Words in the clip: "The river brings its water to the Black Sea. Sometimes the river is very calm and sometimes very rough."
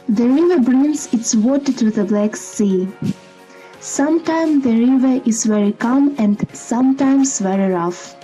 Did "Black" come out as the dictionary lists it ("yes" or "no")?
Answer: yes